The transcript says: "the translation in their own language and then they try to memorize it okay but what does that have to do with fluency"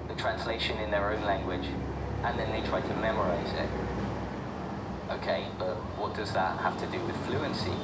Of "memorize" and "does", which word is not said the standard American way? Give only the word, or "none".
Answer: none